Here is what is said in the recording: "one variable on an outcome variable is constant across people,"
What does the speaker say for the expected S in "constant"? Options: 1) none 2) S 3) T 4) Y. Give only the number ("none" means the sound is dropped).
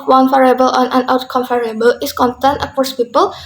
1